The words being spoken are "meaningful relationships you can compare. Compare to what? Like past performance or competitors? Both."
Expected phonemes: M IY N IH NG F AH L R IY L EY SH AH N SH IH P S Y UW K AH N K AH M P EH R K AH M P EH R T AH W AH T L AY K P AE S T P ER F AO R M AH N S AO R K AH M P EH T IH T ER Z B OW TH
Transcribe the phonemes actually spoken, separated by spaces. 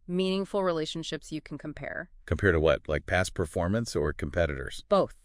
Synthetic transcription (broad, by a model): M IY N IH NG F L R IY L EY SH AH N SH IH P S Y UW K N K AH M P EH R K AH M P EH R T AH W AH T L AY K P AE S P ER F AO R M AH N S AO R K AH M P EH T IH T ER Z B OW TH